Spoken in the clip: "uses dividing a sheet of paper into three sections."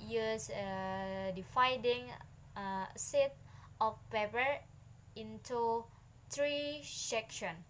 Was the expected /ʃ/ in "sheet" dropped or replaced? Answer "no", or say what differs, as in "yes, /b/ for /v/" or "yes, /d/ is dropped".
yes, /s/ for /ʃ/